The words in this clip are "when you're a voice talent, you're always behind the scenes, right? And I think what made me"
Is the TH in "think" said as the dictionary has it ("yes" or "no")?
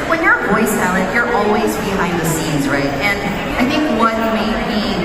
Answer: yes